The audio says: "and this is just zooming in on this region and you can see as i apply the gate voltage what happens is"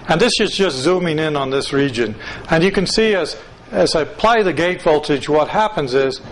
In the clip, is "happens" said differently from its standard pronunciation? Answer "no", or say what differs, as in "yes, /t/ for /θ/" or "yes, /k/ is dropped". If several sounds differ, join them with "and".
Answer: no